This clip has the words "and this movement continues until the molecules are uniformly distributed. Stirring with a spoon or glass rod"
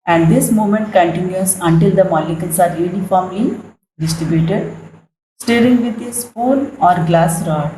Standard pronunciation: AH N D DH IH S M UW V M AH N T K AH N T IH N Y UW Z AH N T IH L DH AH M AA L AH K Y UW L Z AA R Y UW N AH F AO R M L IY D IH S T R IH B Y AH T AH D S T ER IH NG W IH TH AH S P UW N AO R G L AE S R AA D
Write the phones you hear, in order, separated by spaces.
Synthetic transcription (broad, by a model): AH N D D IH S M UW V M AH N T K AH N T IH N Y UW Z AH N T IH L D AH M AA L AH K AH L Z AA R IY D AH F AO M IY D IH S T R IH B Y AH T AH D S T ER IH NG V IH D AH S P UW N AO R G L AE S R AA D